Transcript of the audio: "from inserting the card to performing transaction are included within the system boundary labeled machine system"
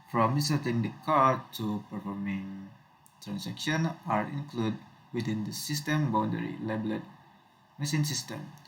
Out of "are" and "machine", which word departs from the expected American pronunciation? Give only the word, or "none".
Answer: machine